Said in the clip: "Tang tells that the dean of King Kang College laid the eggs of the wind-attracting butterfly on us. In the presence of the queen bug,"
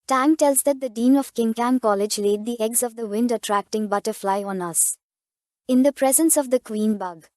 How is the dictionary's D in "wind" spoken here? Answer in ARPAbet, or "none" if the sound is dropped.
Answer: D